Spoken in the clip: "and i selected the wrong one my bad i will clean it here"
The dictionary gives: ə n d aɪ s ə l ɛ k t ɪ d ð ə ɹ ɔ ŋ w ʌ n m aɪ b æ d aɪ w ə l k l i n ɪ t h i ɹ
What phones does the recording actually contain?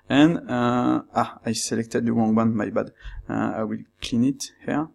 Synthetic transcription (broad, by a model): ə n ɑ aɪ s ə l ɛ k t ɪ d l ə w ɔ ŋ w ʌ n m aɪ b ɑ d aɪ w ə l k l i n ɪ t h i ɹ